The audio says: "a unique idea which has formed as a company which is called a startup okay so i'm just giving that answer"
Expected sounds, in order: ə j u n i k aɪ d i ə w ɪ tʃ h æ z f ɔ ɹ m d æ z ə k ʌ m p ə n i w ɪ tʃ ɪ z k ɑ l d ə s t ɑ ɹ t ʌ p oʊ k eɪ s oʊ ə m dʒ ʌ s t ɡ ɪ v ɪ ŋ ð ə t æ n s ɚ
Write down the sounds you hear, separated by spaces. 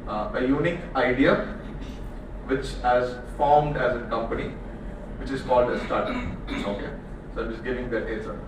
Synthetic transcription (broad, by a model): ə j u n i k aɪ d i ə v ɪ tʃ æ z f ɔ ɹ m d æ z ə k ʌ m p ə n i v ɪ tʃ ɪ z k ɑ l d ə s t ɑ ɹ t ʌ oʊ k eɪ s oʊ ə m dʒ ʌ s ɡ ɪ v ɪ ŋ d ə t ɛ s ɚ